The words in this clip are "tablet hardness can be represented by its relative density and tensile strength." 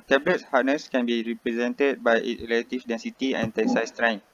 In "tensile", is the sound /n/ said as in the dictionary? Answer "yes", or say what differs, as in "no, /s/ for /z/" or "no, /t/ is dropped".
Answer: no, /n/ is dropped